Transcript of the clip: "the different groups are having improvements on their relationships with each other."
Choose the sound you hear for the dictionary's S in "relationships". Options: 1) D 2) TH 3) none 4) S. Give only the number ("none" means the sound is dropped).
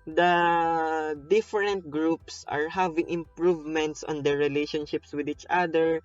4